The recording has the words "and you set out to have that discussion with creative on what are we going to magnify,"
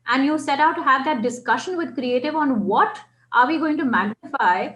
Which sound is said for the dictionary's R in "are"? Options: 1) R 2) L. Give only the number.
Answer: 1